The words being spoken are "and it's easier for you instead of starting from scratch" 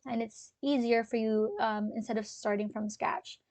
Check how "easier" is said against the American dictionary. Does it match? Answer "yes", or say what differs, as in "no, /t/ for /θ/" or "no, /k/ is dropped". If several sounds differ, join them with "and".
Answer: yes